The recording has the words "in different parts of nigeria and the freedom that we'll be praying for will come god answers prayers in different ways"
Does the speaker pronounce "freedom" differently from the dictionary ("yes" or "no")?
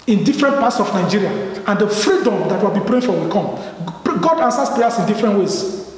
no